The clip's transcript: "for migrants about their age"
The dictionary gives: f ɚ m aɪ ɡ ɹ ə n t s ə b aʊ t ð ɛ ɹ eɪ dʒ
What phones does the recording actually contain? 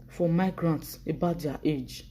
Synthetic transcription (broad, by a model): f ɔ m aɪ ɡ ɹ ə n t s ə b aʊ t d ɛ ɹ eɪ dʒ